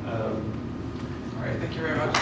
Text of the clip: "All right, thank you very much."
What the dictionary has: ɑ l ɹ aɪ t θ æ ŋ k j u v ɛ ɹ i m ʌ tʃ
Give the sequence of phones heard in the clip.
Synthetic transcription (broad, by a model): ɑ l ɹ aɪ t θ æ ŋ k j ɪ v ɛ ɹ i m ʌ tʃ